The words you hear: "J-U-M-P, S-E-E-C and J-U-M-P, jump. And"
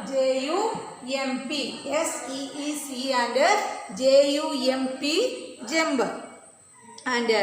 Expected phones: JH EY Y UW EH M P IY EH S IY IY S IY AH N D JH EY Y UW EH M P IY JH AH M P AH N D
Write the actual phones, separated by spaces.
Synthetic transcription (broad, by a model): JH EY Y UW EH M P IY EH S IY IY S IY AH N D JH EY Y UW EH M P IY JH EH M B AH N D